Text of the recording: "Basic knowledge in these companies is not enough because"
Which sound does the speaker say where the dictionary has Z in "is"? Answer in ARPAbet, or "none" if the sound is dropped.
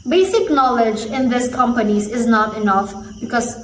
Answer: Z